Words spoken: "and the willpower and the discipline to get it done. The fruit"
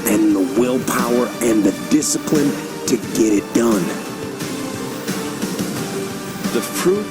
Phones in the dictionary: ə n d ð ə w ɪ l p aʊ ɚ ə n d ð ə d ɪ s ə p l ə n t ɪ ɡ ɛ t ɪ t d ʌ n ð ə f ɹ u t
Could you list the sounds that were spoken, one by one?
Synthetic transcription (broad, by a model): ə n ð ə w ɪ l p aʊ ɚ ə n ð ə d ɪ s ə p l ə n t ɪ ɡ ɛ t ɪ t d ʌ n ð ə f ɹ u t